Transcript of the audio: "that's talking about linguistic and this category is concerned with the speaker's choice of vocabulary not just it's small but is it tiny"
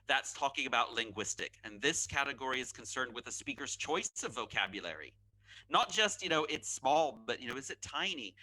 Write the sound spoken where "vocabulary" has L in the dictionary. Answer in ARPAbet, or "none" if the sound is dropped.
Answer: L